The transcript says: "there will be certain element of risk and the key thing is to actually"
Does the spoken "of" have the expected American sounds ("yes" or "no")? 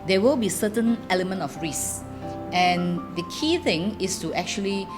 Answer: no